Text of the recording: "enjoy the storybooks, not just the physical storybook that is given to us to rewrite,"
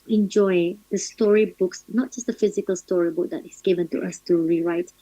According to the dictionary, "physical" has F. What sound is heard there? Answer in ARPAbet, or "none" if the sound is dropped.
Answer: F